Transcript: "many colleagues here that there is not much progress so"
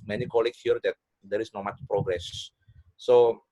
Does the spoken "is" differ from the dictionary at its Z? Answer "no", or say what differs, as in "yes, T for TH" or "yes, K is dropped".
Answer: yes, S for Z